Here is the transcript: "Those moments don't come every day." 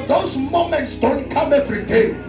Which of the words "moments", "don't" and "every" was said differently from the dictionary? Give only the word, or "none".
none